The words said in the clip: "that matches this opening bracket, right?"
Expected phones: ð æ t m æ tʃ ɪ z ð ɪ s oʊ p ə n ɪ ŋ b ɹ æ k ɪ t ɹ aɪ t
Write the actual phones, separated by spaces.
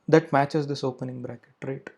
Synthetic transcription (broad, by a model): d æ t m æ tʃ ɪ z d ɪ s oʊ p ə n ɪ ŋ b ɹ æ k ɪ t ɹ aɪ t